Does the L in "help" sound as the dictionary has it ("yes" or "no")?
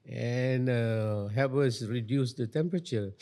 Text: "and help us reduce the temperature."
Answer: no